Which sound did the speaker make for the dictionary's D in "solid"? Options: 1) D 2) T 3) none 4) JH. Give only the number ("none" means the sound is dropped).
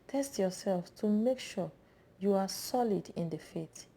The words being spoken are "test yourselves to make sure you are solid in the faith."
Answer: 1